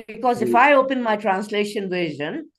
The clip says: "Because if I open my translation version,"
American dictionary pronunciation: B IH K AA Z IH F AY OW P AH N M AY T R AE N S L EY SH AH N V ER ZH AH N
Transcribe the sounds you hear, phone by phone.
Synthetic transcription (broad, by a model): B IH K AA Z IH F AY OW P AH N M AY T R AE N S L EY SH AH N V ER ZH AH N